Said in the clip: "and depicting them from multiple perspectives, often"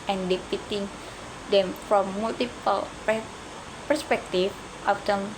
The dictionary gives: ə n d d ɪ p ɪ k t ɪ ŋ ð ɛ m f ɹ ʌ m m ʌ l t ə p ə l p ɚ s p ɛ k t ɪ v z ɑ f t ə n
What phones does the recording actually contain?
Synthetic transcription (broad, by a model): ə n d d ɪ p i t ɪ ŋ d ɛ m f ɹ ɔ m m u l t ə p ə l p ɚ s p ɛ k t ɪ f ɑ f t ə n